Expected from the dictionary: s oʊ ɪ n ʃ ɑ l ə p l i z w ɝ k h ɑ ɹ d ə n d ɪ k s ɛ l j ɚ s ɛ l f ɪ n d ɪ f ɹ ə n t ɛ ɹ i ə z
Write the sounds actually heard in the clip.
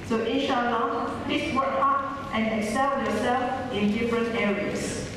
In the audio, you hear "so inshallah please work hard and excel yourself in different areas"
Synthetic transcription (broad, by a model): s oʊ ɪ ʃ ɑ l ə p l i s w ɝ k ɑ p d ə n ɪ k s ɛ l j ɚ s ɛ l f ɪ n d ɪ f ɹ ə n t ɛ ɹ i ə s